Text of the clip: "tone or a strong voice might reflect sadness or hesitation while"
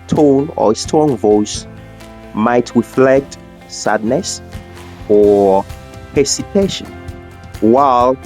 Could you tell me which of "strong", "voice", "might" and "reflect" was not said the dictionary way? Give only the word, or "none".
strong